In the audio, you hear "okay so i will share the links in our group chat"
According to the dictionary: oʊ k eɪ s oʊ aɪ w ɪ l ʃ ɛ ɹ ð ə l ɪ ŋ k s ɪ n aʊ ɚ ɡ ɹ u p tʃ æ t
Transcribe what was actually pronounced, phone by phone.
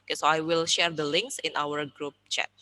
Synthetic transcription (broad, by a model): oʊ k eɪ s oʊ aɪ w ɪ l ʃ ɛ ɹ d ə l ɪ ŋ k s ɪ n aʊ ɚ ɡ ɹ u p tʃ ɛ t